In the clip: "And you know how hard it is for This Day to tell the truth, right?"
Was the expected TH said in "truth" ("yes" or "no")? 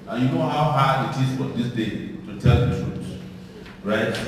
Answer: no